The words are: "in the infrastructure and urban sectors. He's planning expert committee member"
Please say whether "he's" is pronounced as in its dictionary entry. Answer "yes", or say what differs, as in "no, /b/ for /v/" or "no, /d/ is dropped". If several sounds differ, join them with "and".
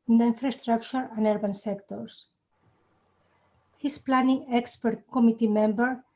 no, /s/ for /z/